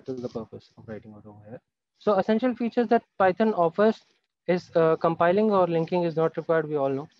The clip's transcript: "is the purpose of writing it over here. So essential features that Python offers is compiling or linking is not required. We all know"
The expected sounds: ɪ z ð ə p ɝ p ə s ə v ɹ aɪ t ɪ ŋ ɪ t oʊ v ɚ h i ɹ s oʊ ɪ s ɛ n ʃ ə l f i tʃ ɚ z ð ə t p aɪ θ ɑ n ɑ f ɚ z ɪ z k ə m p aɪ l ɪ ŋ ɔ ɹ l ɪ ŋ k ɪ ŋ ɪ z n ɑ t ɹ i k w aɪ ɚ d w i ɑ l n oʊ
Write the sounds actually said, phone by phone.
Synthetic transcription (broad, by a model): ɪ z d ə p ɝ p ə s ə v ɹ aɪ t ɪ ŋ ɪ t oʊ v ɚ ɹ s oʊ ɪ s ɛ n ʃ ə l f i tʃ ɚ z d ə t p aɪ t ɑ n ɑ f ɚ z ɪ z k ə m p aɪ l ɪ ŋ ɔ ɹ l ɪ ŋ k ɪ ŋ ɪ z n ɑ t ɹ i k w aɪ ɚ d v i ɑ l n oʊ